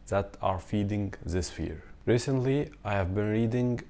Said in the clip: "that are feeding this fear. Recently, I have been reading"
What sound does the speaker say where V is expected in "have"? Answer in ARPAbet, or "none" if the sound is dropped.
V